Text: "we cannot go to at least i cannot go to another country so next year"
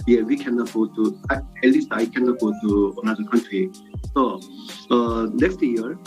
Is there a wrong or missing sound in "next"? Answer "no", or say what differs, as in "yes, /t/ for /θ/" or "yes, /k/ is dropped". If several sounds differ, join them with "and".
yes, /k/ is dropped